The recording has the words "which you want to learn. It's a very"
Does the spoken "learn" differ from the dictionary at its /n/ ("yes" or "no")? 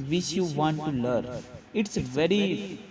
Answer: yes